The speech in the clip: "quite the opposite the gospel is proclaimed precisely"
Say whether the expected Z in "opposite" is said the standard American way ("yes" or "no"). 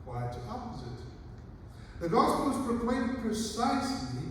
yes